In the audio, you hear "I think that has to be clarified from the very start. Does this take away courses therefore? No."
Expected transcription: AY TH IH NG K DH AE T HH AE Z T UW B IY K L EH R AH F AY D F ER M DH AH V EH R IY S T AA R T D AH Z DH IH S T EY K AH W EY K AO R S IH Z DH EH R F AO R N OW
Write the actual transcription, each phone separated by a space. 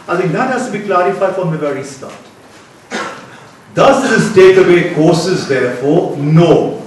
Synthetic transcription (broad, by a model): AY T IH NG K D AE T HH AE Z T UW B IY K L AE R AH F AY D F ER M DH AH V EH R IY S T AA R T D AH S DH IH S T EY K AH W EY K AO R S IH Z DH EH R F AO R N OW